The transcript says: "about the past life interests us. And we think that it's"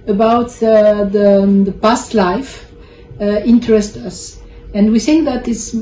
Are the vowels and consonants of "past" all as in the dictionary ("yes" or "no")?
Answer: yes